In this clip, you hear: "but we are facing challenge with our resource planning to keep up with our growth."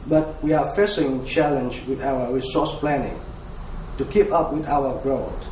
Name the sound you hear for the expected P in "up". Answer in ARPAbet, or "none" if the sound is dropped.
P